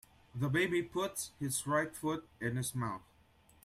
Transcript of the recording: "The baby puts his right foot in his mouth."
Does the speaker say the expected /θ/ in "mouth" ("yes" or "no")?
yes